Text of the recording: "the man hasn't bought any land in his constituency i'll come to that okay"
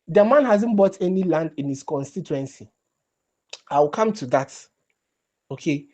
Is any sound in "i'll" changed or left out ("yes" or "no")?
yes